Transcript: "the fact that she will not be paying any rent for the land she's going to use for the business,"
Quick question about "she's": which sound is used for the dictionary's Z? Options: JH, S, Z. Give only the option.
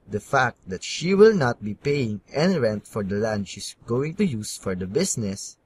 S